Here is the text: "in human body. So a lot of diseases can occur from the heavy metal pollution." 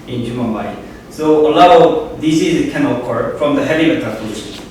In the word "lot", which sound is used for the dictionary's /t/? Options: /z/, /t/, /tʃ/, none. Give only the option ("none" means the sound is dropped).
none